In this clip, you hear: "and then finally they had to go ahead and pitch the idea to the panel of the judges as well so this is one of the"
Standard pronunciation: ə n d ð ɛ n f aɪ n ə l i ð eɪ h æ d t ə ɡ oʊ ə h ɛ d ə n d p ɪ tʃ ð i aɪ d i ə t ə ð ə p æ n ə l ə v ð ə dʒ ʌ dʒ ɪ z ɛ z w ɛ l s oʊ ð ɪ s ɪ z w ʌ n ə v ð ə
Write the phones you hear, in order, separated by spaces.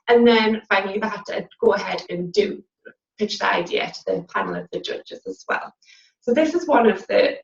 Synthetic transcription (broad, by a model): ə n ð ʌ n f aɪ ə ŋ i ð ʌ t ə ɡ oʊ ə h ɛ d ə n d p ɪ tʃ ð i aɪ d i ə t ə ð ə p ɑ n l ə v ð ə dʒ ʌ dʒ ɪ z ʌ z w ɛ l s oʊ ð ɪ s ɪ z w ʌ n ə v ð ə